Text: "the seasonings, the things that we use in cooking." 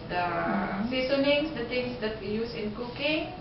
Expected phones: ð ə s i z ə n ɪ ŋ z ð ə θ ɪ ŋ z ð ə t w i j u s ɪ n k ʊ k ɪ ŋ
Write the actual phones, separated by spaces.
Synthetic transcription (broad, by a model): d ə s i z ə n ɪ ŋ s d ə t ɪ ŋ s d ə t w i j u s ɪ n k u k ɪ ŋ